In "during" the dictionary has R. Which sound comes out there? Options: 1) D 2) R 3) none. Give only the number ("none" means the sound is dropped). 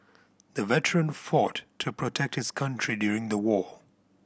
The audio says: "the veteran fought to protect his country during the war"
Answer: 2